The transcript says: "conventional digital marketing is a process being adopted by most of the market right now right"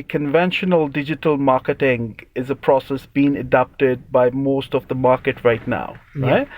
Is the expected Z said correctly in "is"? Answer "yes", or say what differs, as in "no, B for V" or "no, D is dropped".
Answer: yes